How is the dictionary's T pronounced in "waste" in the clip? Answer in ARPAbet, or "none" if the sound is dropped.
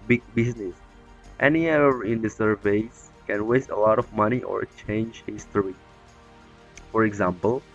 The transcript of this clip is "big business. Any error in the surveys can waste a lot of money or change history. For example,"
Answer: T